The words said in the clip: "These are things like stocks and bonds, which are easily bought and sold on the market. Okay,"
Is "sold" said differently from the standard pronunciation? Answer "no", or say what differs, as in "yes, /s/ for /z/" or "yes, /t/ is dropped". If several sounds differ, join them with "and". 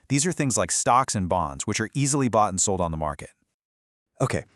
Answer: no